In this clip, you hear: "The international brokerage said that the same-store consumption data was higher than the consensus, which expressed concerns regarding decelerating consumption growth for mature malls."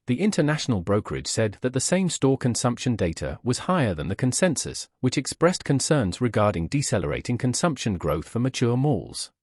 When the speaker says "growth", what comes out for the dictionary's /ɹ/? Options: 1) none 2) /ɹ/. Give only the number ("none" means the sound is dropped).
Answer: 2